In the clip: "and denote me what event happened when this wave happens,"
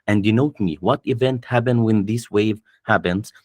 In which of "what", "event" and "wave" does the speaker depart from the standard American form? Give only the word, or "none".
none